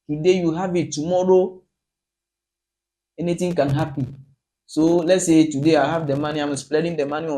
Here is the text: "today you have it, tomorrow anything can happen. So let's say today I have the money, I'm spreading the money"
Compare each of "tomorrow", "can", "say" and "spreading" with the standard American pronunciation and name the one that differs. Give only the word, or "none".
spreading